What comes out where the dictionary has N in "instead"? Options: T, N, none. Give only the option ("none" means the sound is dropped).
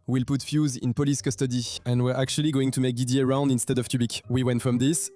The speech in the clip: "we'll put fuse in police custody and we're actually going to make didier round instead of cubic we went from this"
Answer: N